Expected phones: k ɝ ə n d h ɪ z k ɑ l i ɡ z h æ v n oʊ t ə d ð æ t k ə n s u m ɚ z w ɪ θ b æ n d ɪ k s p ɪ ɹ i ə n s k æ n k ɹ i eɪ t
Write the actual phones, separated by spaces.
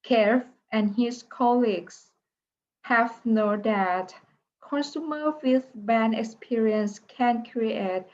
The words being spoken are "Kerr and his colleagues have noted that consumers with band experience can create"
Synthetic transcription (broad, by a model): k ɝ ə n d h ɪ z k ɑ l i ɡ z h æ v n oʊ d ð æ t k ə n s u m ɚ w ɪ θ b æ n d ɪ k s p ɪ ɹ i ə n s k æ n k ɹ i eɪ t